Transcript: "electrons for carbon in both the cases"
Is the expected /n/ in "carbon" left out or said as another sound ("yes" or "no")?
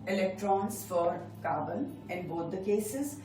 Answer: yes